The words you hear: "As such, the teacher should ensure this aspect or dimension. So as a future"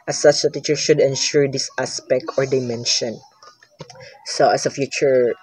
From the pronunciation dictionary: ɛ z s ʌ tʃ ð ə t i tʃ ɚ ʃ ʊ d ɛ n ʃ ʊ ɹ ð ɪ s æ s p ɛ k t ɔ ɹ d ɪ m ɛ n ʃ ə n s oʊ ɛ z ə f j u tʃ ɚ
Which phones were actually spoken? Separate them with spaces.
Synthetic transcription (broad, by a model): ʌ s ʌ tʃ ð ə t i tʃ ɚ s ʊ d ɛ n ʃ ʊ ɹ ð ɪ s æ s p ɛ k t ɔ ɹ d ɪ m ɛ n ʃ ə n s oʊ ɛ s ə f j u tʃ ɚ